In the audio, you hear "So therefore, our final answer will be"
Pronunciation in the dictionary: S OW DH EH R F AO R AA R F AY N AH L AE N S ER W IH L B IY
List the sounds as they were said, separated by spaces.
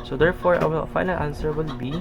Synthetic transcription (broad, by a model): S OW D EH R F AO R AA L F AY N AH L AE N S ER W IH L B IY